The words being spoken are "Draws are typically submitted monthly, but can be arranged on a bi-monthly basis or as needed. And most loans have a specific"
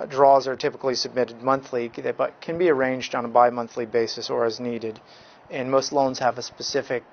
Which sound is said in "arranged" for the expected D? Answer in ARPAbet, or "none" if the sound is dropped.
D